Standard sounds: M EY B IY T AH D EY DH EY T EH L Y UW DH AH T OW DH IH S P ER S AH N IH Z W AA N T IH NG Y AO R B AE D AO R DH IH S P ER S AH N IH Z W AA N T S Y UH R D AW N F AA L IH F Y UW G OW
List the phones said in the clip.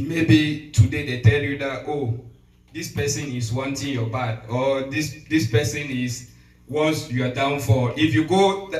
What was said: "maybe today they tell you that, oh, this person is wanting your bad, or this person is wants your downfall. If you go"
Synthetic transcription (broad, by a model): M EY B IY T AH D EY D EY T EH L Y UW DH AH T OW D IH S P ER S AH N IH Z W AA N T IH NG Y AO B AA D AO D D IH S P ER S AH N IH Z W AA T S Y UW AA D AW N F AA IH F Y UW G OW